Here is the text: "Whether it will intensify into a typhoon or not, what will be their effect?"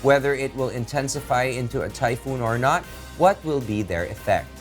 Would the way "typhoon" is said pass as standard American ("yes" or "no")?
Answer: yes